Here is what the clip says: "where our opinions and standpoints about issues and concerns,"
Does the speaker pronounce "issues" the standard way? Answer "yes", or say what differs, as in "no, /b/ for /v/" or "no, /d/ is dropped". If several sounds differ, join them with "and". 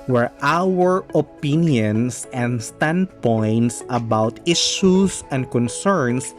no, /s/ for /z/